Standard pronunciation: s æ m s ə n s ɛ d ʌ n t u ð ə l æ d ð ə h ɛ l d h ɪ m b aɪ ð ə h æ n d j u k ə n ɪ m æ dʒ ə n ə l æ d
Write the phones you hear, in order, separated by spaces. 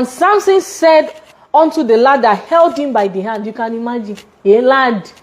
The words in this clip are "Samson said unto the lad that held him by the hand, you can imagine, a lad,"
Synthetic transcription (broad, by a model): s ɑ m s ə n s ɛ d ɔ n t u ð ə l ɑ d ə h ɛ l d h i m b aɪ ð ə h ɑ n d j u k ə n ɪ m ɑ dʒ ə n ə l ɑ d